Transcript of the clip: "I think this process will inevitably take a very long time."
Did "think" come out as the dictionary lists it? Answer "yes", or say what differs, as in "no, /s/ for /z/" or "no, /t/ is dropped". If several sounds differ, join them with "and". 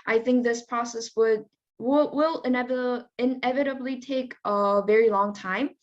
yes